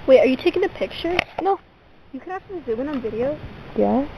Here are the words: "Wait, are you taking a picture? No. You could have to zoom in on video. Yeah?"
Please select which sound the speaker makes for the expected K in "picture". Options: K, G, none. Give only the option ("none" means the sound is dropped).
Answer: K